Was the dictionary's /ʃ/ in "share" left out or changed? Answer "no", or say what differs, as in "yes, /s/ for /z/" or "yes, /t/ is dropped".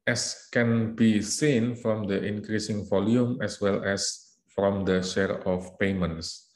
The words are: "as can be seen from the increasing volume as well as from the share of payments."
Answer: no